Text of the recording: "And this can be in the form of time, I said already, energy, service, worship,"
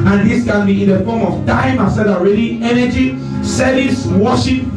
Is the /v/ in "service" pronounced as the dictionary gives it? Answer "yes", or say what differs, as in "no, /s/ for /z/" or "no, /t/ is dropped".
no, /v/ is dropped